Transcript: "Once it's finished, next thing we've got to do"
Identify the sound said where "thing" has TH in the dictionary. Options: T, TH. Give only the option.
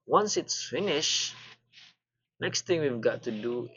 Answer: T